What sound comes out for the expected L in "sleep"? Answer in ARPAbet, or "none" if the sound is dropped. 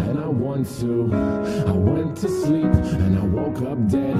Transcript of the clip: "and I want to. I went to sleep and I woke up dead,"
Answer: L